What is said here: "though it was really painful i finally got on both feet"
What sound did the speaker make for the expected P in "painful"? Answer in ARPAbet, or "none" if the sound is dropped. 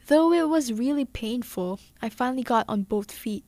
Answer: P